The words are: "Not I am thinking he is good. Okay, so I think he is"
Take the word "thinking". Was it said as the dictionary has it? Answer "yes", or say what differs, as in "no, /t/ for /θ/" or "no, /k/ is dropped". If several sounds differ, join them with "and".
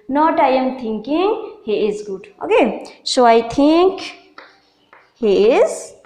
no, /t/ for /θ/